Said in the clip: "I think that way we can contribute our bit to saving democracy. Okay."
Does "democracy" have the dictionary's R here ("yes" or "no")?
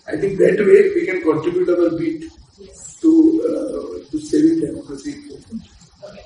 no